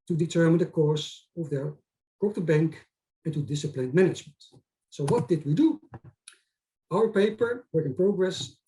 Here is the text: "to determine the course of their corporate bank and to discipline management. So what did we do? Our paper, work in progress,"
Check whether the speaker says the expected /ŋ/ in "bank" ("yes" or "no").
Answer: yes